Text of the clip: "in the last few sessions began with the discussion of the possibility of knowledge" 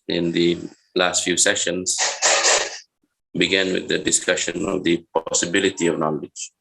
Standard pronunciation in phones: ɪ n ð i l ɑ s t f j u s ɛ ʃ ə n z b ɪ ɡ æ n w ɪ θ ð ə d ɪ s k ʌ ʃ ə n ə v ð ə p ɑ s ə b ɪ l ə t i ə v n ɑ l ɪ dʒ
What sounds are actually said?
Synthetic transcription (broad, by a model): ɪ n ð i l ɑ s t f j u s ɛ ʃ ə n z b ɪ ɡ æ n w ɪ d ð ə d ɪ s k ʌ ʃ ə n ə v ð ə p ɑ s ə b ɪ l ə t i ə v n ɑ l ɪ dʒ